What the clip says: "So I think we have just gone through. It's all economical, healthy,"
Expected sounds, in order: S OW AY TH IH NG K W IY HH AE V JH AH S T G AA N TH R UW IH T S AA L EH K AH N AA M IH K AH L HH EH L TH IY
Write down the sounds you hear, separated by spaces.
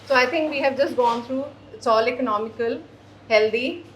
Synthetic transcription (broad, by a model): S OW AY T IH NG K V IY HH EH V JH AH S T G AA N T R UW IH T S AA L EH K AH N AA M IH K AH L HH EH L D IY